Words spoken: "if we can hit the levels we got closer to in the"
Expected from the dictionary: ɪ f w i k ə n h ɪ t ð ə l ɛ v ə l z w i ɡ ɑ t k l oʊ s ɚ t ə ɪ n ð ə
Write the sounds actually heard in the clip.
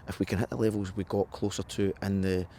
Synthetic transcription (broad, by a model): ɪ f w i k ə n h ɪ t ð ə l ɛ v ə l z w i ɡ ɑ t k l oʊ s ɚ t ə ɪ n ð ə